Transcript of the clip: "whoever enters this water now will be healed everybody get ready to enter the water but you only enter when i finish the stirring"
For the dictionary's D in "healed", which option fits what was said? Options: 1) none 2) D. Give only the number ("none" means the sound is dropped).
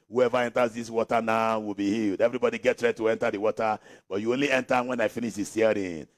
2